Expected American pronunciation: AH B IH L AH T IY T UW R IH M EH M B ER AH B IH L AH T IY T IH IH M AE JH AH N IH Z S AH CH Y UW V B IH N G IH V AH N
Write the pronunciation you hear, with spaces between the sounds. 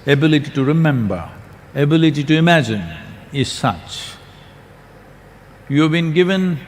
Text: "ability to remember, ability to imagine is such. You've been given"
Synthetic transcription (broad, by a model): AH B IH L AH T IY T UW R IH M EH M B ER AH B IH L AH T IY T IH IH M AE JH AH N IH Z S AH CH Y UW V B IH N G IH V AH N